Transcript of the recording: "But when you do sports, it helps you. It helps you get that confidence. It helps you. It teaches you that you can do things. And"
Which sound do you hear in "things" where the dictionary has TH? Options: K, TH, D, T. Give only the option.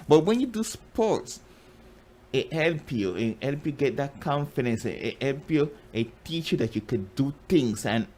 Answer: T